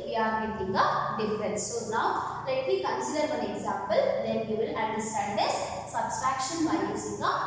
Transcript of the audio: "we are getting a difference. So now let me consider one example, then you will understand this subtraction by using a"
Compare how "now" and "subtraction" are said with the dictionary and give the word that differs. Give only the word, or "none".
subtraction